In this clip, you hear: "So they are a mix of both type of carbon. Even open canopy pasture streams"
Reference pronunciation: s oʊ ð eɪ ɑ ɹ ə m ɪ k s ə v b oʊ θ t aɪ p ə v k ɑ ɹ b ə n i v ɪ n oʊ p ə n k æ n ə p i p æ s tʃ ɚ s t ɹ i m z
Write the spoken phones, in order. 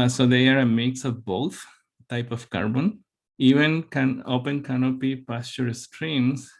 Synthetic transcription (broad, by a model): s oʊ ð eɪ ɑ ɹ ə m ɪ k s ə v b oʊ t t aɪ p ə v k ɑ ɹ b ə n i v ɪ n oʊ p ə n k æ n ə p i p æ s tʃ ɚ s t ɹ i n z